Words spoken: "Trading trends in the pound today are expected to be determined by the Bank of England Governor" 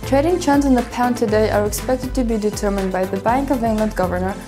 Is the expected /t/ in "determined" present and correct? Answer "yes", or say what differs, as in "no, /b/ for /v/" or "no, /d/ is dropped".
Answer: yes